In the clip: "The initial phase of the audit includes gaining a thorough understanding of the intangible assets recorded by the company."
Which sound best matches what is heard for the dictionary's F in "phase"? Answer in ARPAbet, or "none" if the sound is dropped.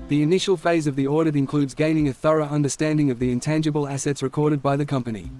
F